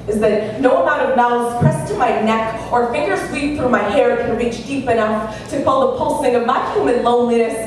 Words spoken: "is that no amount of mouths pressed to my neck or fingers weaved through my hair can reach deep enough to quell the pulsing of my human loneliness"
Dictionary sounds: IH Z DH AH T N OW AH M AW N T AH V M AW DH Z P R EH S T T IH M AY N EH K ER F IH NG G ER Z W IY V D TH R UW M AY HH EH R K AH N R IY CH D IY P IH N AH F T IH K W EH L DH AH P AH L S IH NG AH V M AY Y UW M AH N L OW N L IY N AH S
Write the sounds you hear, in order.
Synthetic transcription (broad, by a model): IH Z DH AH T N OW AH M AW T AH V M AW Z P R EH S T T IH M AY N EH K ER F IH NG G ER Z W IY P TH R UW M AY HH EH R K AH N R IY CH D IY P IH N AH F T IH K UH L DH AH P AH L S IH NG AH V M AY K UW M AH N L OW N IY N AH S